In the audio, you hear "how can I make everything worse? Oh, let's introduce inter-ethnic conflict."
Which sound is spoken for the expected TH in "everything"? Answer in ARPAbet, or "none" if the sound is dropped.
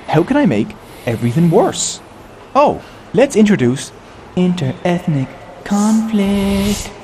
TH